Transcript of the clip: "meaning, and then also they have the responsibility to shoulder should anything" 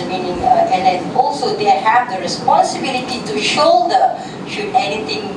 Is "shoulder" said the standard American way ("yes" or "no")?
no